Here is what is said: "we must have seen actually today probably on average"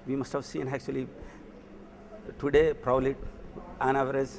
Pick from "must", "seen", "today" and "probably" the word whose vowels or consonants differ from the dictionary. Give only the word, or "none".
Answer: probably